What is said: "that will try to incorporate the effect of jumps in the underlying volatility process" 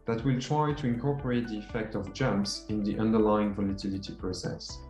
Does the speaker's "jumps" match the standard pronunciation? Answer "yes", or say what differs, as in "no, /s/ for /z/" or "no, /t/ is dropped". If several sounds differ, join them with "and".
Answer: yes